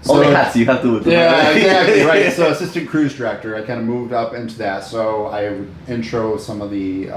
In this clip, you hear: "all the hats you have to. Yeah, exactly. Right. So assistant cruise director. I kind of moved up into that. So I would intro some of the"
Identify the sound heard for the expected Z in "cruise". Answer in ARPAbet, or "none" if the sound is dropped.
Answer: Z